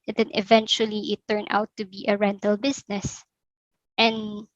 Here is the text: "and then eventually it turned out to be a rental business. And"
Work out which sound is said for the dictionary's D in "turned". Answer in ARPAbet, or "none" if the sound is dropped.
none